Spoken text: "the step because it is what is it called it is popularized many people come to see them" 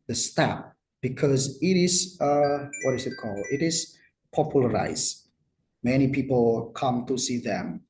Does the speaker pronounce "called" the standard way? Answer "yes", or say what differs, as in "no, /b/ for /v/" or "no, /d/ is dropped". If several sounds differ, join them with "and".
no, /d/ is dropped